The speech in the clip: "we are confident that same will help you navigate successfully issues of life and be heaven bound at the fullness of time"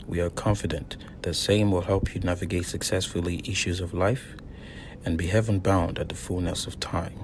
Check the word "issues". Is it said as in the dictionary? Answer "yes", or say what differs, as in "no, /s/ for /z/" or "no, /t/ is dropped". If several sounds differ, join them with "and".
yes